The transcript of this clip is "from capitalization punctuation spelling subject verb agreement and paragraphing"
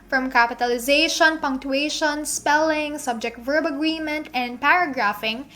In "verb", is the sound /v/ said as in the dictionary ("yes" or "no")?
yes